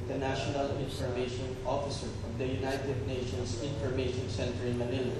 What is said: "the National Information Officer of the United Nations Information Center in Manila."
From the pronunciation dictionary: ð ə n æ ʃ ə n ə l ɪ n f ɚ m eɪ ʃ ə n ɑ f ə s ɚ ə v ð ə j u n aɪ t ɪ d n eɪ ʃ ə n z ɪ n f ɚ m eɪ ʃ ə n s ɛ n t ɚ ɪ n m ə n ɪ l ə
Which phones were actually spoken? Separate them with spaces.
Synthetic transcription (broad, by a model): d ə n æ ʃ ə n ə l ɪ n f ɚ m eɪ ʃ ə n ɑ f ə s ɚ ə v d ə j u n aɪ t ɪ d n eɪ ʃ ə n s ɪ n f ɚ m eɪ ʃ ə n s ɛ n t ɚ ɪ n m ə n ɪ l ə